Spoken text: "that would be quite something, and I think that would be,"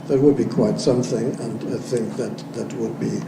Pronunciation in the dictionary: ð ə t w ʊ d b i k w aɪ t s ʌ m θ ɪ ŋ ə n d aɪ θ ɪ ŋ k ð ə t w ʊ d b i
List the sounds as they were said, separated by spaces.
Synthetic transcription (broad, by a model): ð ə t w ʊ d b i k w aɪ t s ʌ m θ ɪ ŋ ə n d aɪ θ ɪ ŋ k ð ə t w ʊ d b i